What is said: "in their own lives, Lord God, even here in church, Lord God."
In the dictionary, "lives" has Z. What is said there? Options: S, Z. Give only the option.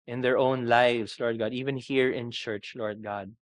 S